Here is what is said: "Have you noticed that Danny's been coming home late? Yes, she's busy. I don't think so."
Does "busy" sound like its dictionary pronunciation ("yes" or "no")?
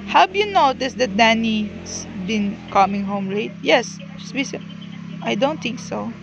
no